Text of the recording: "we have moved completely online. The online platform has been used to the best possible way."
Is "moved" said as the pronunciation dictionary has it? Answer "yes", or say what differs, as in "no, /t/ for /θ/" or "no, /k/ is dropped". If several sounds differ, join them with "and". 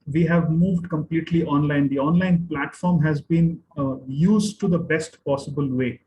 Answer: yes